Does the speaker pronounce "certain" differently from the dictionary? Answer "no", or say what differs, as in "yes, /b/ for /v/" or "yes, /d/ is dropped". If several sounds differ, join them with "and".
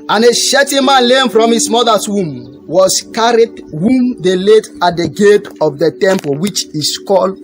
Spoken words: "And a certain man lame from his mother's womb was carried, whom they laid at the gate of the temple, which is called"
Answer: yes, /ʃ/ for /s/